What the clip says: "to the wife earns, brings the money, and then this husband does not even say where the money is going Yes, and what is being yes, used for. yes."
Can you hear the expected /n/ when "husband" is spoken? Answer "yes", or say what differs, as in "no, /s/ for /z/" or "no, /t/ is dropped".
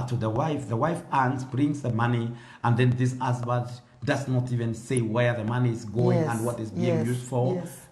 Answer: no, /n/ is dropped